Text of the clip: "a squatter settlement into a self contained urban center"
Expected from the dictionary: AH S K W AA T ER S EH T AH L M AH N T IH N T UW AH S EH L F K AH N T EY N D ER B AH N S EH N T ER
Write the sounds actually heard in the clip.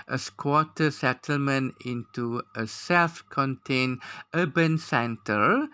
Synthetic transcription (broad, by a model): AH S K W AA T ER S EH T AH L M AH N IH N T UW AH S EH L F K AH N T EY N ER B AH N S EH N T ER